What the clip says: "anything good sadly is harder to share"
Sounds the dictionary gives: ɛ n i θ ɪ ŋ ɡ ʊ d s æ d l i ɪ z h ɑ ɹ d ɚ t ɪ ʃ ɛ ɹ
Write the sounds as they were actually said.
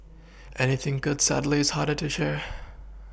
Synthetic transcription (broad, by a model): ɛ n i θ ɪ ŋ ɡ ʊ d s æ d l i ɪ z h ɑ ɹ d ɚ t ɪ ʃ ɛ ɹ